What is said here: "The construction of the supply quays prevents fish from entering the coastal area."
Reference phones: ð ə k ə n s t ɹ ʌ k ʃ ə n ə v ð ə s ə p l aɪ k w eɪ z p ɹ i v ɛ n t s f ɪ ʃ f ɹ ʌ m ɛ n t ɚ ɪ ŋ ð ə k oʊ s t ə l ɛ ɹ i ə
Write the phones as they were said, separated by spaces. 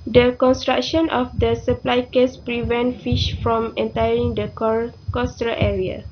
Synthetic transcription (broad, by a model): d ə k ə n s t ɹ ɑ k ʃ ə n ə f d ə s ə p l aɪ k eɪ s p ɹ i v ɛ n t f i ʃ f ɹ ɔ m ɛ n t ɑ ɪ ŋ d ə k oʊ s t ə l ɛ ɹ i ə